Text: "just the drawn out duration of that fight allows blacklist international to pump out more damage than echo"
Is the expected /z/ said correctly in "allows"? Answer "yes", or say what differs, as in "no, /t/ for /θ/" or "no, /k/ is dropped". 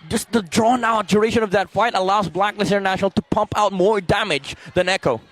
yes